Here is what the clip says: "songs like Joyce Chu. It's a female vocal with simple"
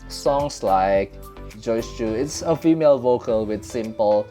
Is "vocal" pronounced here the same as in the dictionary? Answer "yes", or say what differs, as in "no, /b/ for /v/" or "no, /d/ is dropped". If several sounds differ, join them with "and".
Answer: yes